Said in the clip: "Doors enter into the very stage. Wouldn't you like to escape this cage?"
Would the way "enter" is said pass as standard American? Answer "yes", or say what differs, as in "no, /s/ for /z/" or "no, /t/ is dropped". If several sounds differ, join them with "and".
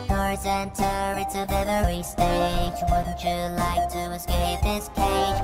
yes